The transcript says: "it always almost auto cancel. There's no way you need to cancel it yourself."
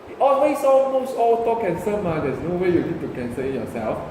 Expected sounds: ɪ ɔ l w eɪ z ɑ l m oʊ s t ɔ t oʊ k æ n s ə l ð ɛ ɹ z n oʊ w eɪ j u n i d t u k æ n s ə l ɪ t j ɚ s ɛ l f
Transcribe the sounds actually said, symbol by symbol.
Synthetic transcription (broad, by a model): ɔ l w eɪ s ɑ l m oʊ s t ɔ t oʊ k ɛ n s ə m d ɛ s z n oʊ w eɪ j u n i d t u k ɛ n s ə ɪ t j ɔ s ɛ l f